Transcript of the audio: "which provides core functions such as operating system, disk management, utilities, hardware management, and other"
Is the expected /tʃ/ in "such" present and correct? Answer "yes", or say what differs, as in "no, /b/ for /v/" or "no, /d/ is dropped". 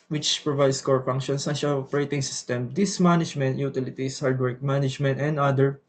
no, /ʃ/ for /tʃ/